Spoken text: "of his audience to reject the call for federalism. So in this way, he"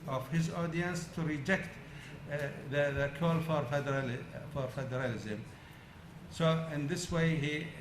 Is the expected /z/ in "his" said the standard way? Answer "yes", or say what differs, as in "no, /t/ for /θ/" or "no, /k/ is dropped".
yes